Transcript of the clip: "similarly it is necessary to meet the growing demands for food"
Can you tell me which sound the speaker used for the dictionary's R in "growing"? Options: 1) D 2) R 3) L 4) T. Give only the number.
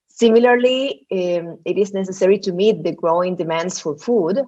2